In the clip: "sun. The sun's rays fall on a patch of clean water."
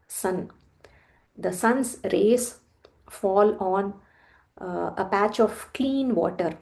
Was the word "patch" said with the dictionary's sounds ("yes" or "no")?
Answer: yes